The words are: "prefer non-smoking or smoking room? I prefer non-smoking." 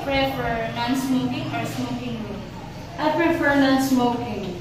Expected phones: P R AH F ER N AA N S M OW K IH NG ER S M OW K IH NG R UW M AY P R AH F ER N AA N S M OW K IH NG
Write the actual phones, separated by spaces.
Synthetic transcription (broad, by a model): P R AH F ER N AA N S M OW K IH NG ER S M OW K IH NG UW AY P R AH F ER N AA N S M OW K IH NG